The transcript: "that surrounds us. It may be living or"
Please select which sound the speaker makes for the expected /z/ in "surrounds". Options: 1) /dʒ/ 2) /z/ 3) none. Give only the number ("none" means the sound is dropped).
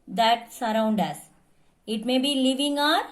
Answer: 3